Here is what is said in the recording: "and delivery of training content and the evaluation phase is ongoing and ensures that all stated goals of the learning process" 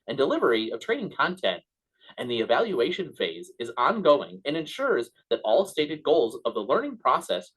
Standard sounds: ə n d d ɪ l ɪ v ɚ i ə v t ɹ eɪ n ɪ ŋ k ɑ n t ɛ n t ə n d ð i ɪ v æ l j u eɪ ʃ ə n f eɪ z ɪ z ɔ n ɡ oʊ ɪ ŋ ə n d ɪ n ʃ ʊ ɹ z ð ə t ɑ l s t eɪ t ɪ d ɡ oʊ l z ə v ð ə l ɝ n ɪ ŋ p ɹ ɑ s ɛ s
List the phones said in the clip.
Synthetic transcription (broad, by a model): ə n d d ɪ l ɪ v ɚ i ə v t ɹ eɪ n ɪ ŋ k ɑ n t ɛ n t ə n ð i ɪ v æ l j u eɪ ʃ ə n f eɪ z ɪ z ɔ n ɡ oʊ ɪ ŋ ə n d ɪ n ʃ ʊ ɹ z ð ə t ɑ l s t eɪ t ɪ d ɡ oʊ l z ə v ð ə l ɝ n ɪ ŋ p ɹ ɑ s ɛ s